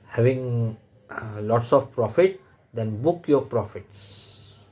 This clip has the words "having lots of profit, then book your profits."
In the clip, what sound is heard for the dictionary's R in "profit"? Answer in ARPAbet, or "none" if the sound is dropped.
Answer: R